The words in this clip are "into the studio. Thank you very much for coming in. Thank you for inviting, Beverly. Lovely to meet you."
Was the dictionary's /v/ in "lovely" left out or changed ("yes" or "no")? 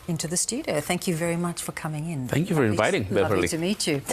yes